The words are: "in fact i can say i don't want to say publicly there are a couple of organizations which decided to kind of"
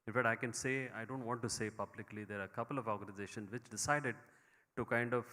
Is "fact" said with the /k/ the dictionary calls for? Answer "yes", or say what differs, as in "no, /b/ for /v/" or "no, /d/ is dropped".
no, /k/ is dropped